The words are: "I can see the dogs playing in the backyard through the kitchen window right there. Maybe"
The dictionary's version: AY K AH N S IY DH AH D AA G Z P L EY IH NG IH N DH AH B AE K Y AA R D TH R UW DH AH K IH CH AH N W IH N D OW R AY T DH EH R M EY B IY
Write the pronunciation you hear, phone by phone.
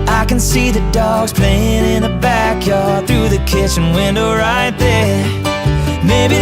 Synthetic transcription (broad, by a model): AY K AH N S IY DH AH D AA G Z P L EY IH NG IH N DH AH B AE K Y AA R D TH R UW DH AH K IH CH AH N W IH N D OW R AY T DH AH R M EY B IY